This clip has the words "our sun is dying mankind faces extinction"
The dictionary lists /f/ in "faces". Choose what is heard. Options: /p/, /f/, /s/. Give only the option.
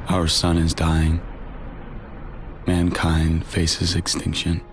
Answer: /f/